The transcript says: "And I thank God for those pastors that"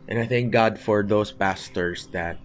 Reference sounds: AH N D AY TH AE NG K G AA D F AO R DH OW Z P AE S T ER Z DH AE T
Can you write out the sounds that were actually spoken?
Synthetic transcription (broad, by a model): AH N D AY TH AE NG K G AA D F AO R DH OW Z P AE S T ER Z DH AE T